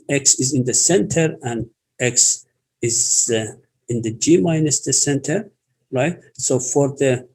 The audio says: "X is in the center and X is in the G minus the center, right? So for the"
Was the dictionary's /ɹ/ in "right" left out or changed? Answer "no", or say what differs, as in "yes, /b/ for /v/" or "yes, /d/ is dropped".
no